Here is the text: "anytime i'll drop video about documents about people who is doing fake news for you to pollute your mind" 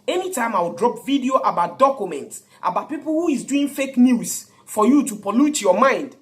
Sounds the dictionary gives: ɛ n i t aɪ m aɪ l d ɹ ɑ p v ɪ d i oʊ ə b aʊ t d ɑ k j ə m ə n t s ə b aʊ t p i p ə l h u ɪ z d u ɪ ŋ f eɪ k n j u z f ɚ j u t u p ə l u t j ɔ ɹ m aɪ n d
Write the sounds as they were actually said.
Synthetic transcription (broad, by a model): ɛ n i t aɪ m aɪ w d ɹ ɑ p v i d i oʊ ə b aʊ t d ɑ k j ə m ə n t s ə b aʊ t p i p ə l h u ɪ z d u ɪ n f eɪ k n j u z f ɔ j u t u p ə l u t j ɔ m aɪ n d